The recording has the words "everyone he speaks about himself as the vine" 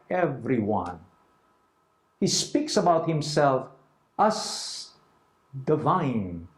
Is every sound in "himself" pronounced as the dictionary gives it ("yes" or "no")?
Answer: yes